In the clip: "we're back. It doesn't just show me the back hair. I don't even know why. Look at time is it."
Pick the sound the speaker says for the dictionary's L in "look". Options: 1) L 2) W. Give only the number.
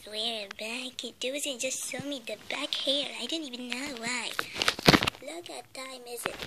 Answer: 1